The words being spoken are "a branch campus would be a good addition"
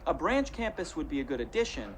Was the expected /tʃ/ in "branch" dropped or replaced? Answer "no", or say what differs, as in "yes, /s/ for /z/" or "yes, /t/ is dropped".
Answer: no